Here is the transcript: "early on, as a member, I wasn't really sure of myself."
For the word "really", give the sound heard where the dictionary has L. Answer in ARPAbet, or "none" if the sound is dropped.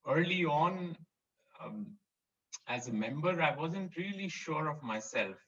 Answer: L